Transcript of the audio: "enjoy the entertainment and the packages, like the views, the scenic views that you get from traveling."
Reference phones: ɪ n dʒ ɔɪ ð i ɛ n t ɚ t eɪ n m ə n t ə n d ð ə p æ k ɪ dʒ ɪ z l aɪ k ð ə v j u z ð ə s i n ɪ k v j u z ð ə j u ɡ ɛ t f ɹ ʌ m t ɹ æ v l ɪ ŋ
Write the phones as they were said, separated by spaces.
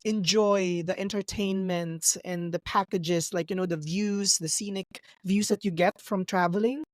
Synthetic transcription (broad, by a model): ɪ n dʒ ɔɪ ð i ɛ n t ɚ t eɪ n m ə n t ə n ð ə p æ k ɪ dʒ ɪ z l aɪ k ð ə v j u z ð ə s i n ɪ k v j u z ð ə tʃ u ɡ ɛ t f ɹ ʌ m t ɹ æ v l ɪ ŋ